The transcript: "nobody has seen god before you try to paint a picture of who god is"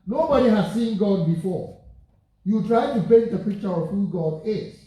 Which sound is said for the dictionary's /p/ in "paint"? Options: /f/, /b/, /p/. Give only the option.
/b/